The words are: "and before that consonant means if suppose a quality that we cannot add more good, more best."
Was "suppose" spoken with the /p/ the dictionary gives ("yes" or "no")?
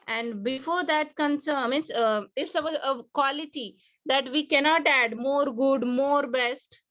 no